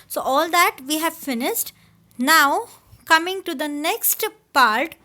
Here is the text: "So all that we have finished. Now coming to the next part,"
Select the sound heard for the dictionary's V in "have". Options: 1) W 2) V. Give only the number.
2